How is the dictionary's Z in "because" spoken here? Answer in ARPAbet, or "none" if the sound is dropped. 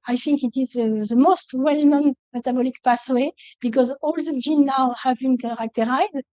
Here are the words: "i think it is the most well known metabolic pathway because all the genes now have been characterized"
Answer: Z